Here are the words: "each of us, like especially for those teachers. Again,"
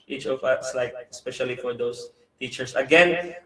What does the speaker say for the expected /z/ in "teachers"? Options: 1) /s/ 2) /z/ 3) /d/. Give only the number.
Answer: 1